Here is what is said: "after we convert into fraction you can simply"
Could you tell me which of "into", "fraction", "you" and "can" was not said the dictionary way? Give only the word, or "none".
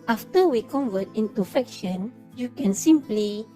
fraction